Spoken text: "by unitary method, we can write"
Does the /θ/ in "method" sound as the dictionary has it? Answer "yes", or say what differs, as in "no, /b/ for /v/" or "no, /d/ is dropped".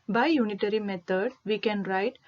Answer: no, /t/ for /θ/